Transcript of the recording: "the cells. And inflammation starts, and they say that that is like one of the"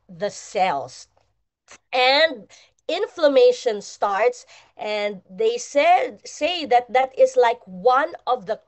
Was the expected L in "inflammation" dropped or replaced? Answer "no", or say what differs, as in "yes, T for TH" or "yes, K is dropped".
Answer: no